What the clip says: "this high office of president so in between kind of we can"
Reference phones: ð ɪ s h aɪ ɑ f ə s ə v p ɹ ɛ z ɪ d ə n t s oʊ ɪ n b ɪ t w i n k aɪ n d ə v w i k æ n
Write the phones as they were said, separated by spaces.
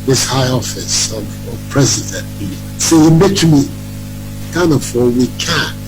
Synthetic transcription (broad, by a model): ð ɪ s h aɪ ɑ f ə s ə v p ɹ ɛ z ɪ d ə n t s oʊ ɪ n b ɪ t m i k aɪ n ə f w i k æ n